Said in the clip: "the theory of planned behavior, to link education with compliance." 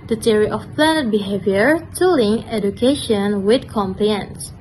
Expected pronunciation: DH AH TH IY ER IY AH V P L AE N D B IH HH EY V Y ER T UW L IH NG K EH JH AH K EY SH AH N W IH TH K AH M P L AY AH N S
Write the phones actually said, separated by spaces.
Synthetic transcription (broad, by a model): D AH T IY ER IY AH F P L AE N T B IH HH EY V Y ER T UW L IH NG EH JH AH K EY SH AH N W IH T K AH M P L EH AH N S